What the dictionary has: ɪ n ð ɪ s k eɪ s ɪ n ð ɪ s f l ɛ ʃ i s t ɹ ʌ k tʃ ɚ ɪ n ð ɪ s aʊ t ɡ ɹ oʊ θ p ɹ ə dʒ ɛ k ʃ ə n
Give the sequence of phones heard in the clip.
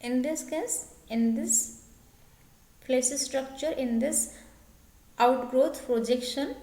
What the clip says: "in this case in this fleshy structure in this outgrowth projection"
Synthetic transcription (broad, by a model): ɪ n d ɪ s k eɪ s ɪ n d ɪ s p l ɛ s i s t ɹ ʌ k tʃ ɚ ɪ n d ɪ s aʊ t ɡ ɹ oʊ t p ɹ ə dʒ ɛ k ʃ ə n